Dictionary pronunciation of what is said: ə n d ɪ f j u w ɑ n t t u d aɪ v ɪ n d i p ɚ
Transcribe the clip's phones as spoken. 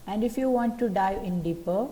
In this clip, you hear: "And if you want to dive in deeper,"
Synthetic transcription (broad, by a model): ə n d ɪ f j u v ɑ n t t u d aɪ ɪ n d i p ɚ